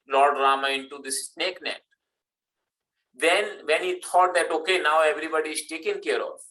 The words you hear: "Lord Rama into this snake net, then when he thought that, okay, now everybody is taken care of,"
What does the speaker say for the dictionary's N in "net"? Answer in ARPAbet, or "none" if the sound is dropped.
N